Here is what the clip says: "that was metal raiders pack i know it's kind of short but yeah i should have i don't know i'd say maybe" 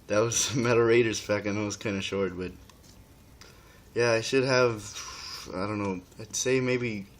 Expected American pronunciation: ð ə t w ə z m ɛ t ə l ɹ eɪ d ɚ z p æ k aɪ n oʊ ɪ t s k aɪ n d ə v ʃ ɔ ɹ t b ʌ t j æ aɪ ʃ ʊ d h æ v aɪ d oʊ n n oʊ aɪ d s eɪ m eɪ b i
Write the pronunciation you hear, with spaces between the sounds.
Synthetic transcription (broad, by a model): ð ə t w ə z m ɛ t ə ɹ eɪ d ɚ z f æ k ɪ n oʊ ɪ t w k aɪ n d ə ʃ ɔ ɹ t b ʌ t j æ aɪ ʃ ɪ d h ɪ v aɪ d oʊ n n oʊ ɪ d s eɪ m eɪ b i